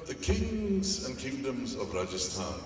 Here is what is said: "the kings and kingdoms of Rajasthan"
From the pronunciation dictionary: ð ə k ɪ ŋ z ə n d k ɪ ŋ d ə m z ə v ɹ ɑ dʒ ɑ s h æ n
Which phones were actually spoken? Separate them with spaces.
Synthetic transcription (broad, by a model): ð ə k ɪ ŋ z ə n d k ɪ ŋ d ə m z ə v ɹ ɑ dʒ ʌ s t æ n